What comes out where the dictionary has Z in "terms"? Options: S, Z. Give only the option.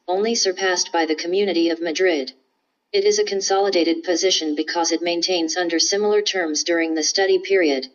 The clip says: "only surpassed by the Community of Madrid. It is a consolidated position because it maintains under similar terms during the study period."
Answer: Z